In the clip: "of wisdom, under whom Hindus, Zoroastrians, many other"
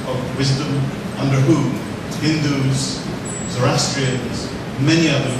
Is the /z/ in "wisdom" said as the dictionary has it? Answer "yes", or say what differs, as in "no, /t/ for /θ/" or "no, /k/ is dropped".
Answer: yes